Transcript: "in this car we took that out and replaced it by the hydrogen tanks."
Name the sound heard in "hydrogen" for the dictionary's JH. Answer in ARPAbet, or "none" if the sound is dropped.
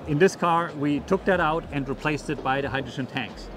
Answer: SH